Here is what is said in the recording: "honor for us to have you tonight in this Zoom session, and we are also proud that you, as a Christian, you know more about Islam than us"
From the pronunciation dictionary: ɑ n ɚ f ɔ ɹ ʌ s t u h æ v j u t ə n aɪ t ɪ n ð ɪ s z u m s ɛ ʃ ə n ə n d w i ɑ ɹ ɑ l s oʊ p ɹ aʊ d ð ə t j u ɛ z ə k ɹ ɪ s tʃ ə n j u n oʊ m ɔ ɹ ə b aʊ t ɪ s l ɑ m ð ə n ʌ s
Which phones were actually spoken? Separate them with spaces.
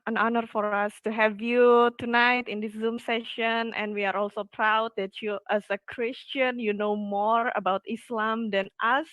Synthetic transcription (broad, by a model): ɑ n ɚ f ɔ ɹ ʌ s t u h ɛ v j u t ə n aɪ t ɪ n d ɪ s z u m s ɛ ʃ ə n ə n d w i ɑ ɹ ɑ l s oʊ p ɹ aʊ d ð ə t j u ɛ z ə k ɹ ɪ s tʃ ə n j u n oʊ m ɔ ɹ ə b aʊ t ɪ s l ɑ m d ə n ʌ s